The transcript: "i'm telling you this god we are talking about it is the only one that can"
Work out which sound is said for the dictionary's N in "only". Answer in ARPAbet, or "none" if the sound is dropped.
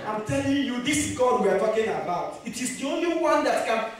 N